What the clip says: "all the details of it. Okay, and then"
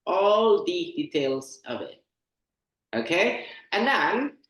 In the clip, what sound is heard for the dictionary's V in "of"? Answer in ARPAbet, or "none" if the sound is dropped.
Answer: V